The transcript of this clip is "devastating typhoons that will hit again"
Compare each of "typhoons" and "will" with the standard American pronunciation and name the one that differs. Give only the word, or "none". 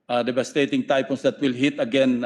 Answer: typhoons